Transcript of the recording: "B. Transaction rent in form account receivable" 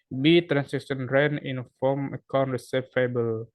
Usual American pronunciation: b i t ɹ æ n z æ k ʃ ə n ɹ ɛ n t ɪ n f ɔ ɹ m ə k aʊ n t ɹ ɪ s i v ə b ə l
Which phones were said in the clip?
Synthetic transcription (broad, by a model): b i t ɹ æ n s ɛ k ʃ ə n ɹ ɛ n ɪ n f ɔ m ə k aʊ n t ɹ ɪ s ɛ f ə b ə l